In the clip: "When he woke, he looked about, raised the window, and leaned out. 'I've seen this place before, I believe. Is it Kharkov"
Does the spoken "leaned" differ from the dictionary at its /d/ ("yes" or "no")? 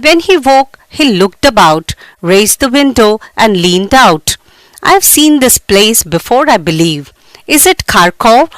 no